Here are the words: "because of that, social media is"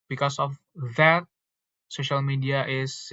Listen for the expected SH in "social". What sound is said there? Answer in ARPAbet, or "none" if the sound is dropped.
SH